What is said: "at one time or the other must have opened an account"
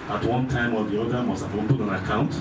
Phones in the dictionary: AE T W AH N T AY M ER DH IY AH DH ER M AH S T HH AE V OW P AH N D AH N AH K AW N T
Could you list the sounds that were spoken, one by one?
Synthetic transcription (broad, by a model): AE T W AH N T AY M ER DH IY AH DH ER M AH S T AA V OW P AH D AH N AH K AW N T